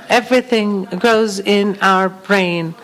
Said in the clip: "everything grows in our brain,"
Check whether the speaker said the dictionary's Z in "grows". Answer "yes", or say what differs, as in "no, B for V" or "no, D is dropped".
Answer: yes